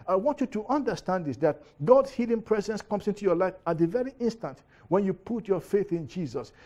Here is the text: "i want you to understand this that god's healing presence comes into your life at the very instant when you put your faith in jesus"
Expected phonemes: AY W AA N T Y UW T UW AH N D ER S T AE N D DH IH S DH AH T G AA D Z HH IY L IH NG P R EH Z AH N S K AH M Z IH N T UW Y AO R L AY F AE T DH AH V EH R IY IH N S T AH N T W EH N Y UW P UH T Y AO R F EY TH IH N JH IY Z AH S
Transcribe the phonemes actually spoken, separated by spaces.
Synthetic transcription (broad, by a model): AY W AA N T Y UW T UW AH N D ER S T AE N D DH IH S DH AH T G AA D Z HH IY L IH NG P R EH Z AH N S K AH M S IH N T UW Y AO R L AY F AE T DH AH V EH R IY IH N S T AH N T W EH N Y UW P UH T Y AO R F EY TH IH N JH IY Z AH S